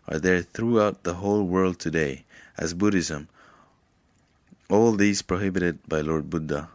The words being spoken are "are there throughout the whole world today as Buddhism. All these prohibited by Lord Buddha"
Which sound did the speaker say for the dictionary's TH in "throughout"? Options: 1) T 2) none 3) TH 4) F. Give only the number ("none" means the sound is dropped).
3